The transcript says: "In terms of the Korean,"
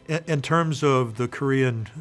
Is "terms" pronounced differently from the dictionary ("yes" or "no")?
no